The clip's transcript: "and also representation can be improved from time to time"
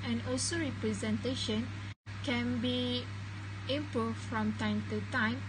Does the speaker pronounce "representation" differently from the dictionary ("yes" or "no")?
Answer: no